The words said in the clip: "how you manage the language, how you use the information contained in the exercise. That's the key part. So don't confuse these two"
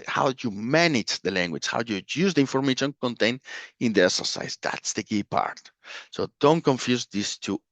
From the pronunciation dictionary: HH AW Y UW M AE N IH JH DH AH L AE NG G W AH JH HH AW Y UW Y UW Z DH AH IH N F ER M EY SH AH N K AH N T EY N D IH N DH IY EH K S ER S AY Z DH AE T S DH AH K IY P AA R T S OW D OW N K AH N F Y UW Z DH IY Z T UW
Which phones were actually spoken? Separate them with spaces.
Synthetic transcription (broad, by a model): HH AW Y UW M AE N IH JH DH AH L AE NG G W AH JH HH AW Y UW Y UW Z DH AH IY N F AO M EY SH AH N K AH N T EY N IH N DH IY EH K S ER S AY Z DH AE T S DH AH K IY P AA R T S OW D OW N K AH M F Y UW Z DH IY S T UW